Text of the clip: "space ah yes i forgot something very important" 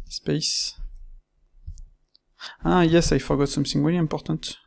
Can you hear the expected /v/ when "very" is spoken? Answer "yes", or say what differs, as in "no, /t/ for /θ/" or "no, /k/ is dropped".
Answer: no, /w/ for /v/